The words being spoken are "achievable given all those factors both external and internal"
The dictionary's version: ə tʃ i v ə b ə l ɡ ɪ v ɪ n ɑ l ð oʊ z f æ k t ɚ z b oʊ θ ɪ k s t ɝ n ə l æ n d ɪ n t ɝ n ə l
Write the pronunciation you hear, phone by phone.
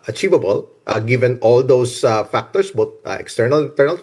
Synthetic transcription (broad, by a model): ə tʃ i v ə b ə l ɡ ɪ v ɪ n ɑ l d oʊ s f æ k t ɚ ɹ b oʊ t ɪ k s t ɝ n ə l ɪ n t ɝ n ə l